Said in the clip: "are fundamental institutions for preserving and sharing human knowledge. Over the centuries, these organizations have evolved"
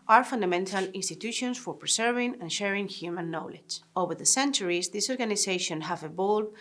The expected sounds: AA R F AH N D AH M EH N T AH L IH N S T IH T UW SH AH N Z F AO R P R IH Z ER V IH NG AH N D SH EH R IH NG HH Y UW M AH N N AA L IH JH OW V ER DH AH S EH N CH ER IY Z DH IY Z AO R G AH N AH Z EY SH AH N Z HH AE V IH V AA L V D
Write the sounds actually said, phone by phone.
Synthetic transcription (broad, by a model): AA R F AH N D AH M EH N T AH L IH N S T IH T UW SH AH N S F AO R P R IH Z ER V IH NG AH N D SH EH R IH NG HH Y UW M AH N N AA L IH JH OW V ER DH AH S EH N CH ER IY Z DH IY S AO R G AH N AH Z EY SH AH N HH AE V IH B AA L